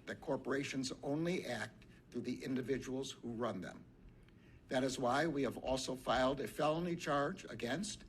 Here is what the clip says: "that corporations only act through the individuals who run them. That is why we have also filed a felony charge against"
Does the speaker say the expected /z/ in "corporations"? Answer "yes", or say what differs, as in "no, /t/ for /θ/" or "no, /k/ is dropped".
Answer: yes